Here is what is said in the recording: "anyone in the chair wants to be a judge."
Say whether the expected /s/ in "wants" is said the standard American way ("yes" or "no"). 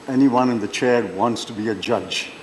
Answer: yes